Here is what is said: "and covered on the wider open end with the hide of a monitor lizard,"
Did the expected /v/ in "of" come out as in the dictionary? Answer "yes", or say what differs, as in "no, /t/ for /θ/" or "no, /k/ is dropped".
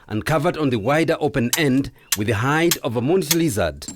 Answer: yes